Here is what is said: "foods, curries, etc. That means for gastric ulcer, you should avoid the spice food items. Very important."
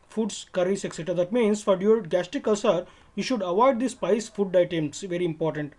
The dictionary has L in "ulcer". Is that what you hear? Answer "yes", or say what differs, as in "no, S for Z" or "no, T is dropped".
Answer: no, L is dropped